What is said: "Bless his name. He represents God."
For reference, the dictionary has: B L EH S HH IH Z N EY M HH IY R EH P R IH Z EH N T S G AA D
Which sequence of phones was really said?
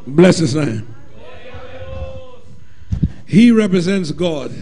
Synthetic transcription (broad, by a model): B L EH S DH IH S N EY M HH IY R EH P R IH Z EH N T S G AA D